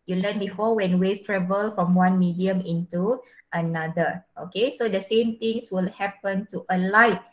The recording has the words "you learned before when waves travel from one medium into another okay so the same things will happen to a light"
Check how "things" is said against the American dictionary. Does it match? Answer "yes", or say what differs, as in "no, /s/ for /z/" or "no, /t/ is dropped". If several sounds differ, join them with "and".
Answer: no, /t/ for /θ/ and /s/ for /z/